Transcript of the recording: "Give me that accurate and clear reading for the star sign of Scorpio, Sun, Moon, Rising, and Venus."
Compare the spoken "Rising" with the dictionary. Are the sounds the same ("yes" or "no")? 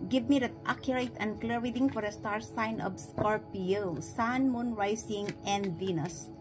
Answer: no